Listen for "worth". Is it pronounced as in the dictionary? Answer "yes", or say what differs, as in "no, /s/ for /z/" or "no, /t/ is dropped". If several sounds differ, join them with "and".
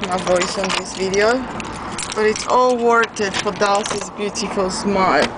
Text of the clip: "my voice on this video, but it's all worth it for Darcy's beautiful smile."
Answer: no, /t/ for /θ/